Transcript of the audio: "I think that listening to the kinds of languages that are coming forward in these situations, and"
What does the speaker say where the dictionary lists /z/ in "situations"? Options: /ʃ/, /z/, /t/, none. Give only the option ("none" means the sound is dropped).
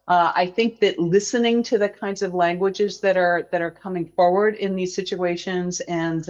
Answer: /z/